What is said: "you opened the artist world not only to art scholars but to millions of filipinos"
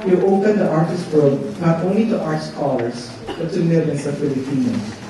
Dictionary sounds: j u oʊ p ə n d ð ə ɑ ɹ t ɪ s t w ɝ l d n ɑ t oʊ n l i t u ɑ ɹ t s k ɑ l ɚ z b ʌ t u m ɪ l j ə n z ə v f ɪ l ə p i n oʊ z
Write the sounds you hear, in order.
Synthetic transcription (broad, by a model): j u oʊ p ə n d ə ɑ ɹ t ɪ s t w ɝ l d n ɑ t oʊ n l i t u ɑ ɹ t s k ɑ l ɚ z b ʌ t u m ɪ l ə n s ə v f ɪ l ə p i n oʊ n